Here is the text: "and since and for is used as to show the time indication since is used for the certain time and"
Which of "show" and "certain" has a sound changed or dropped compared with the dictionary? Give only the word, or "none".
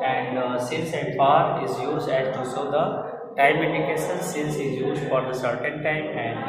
show